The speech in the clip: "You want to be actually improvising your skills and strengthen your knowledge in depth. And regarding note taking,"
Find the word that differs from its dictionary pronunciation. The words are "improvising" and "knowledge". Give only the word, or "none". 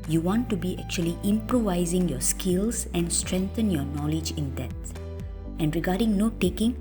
none